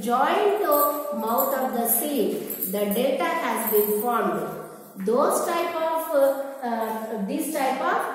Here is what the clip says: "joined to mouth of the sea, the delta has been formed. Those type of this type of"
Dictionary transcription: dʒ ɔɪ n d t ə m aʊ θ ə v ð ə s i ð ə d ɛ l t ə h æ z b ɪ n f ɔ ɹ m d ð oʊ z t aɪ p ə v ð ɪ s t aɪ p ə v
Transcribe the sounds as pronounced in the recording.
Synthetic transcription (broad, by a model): dʒ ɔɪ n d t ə m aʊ t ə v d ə s i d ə d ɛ t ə h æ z b ɪ n f ɔ ɹ m d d oʊ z t aɪ p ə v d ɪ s t aɪ p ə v